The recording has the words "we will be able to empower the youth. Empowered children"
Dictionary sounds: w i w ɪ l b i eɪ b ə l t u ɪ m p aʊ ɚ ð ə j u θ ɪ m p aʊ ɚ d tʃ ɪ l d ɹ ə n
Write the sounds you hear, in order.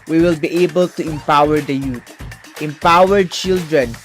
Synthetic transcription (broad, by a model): w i w ɪ l b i eɪ b ə l t u ɪ m p aʊ ɚ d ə j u t ɪ m p aʊ ɚ d tʃ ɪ l d ɹ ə n